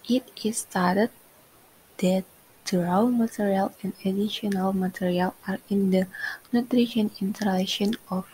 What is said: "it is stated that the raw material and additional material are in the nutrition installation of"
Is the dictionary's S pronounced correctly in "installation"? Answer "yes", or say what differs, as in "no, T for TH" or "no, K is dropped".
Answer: no, S is dropped